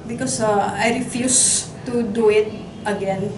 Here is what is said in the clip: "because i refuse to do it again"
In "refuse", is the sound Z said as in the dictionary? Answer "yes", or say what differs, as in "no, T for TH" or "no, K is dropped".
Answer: no, S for Z